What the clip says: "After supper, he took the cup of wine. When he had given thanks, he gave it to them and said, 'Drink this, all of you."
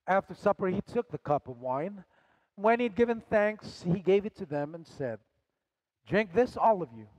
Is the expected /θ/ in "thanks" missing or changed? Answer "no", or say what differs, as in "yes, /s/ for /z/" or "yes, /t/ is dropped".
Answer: no